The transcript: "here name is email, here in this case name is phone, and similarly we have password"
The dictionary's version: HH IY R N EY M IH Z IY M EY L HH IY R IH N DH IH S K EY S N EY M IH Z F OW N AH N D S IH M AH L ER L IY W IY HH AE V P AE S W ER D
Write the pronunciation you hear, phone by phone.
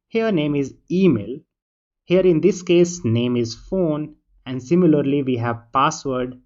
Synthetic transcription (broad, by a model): HH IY R N EY M IH Z IY M EY L HH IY R IH N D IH S K EY S N EY M IH Z F OW N AH N D S IH M AH L ER L IY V IY HH AE V P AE S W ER D